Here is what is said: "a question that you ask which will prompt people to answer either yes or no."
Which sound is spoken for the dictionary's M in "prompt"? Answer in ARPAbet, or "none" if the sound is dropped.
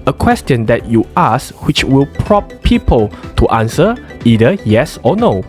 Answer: none